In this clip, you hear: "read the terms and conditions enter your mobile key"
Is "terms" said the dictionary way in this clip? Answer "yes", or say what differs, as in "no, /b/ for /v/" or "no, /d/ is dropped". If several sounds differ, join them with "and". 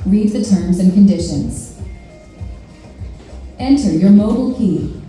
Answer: yes